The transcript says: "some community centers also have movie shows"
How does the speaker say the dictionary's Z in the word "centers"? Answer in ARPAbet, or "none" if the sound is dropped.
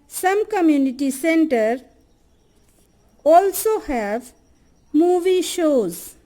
none